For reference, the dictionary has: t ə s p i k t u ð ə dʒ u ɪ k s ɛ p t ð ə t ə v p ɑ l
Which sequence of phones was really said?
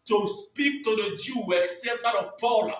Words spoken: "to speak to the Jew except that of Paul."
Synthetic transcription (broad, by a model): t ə s p i k t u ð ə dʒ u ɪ s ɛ t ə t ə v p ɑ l